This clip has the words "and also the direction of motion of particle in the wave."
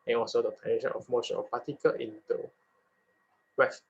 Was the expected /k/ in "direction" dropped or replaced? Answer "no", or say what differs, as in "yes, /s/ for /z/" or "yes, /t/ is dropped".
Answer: yes, /k/ is dropped